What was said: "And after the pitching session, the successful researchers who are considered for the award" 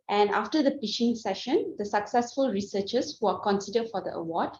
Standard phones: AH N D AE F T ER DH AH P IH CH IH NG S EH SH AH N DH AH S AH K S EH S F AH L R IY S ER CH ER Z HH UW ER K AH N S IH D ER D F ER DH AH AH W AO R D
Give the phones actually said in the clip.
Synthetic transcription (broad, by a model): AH N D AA F T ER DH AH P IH SH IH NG S EH SH AH N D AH S AH K S EH S F AH L R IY S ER CH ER S HH UW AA K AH N S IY D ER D F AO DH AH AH W AO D